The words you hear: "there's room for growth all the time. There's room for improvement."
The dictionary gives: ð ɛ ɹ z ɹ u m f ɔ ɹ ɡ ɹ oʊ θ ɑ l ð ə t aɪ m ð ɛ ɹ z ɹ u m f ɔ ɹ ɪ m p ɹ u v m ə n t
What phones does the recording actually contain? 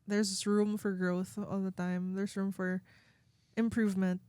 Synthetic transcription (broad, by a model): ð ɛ ɹ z ɹ u m f ɔ ɹ ɡ ɹ oʊ θ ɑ l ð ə t aɪ m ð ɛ ɹ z ɹ u m f ɔ ɹ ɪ m p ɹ u v m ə n t